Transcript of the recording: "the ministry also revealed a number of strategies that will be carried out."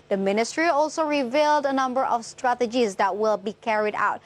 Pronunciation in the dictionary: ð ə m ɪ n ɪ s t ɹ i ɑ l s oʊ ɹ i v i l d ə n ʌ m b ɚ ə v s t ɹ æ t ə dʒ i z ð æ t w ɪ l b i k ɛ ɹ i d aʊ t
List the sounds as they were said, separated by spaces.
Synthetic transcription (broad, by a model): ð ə m ɪ n ɪ s t ɹ i ɑ l s oʊ ɹ i v i l d ə n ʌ m b ɚ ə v s t ɹ æ t ə dʒ i z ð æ t w ɪ l b i k ɛ ɹ i d aʊ t